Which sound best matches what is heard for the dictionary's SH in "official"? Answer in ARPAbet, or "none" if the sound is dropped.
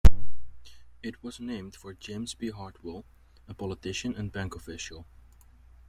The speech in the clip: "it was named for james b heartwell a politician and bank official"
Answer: SH